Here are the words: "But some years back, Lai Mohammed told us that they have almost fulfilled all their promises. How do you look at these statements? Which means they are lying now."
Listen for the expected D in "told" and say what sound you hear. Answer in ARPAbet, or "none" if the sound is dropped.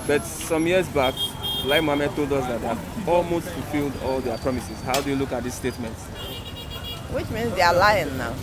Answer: D